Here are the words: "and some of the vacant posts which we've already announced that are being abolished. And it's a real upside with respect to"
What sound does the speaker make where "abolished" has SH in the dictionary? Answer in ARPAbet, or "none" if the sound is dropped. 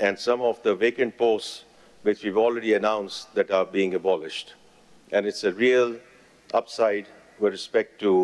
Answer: SH